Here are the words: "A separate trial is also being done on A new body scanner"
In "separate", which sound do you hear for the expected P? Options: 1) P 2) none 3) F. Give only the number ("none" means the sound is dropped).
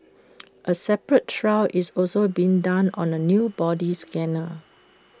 1